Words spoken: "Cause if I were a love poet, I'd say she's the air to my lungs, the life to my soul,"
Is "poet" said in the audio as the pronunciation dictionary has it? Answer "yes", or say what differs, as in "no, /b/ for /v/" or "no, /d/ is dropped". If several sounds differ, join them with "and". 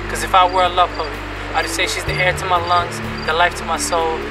no, /t/ is dropped